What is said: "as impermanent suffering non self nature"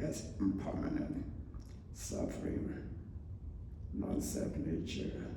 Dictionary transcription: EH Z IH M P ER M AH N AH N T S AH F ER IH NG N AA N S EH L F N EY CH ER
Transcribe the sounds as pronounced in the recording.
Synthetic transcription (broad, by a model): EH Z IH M P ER M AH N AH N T S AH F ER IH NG N AA N S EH F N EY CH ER